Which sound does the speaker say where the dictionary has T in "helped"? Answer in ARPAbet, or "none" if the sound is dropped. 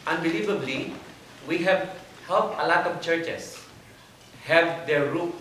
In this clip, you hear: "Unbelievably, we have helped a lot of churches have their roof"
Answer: none